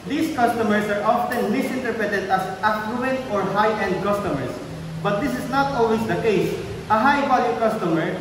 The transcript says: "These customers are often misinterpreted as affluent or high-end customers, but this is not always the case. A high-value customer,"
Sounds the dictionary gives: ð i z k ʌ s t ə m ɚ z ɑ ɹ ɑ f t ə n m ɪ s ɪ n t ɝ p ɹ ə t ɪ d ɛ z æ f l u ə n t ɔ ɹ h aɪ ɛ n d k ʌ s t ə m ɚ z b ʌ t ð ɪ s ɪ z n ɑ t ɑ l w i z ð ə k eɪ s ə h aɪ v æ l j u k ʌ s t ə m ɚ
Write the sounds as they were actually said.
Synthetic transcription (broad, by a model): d i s k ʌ s t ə m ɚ s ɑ ɹ ɑ f t ə n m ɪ s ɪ n t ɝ p ɹ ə t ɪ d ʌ s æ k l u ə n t ɔ ɹ h aɪ ɛ n d k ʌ s t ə m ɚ s b ʌ t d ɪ s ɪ s n ɑ t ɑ l w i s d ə k eɪ s ə h aɪ b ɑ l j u k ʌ s t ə m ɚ